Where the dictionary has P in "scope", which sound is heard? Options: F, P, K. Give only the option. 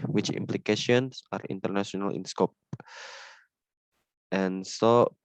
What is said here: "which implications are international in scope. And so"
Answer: P